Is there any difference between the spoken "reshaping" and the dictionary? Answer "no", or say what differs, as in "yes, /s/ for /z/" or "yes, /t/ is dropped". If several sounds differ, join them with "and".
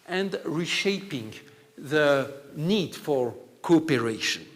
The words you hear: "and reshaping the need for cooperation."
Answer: no